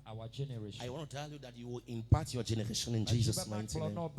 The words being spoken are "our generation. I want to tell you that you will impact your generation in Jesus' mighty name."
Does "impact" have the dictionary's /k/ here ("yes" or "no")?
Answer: no